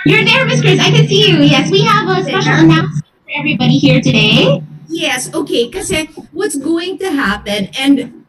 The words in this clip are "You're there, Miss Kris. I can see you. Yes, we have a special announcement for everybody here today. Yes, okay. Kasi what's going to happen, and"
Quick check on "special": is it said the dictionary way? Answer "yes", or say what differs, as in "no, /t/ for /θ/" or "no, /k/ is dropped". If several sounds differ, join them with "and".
no, /p/ is dropped